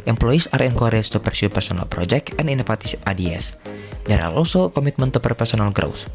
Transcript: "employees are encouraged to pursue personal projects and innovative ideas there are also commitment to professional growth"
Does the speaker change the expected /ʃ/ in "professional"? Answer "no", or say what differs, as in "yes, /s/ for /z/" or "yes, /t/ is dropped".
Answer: yes, /s/ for /ʃ/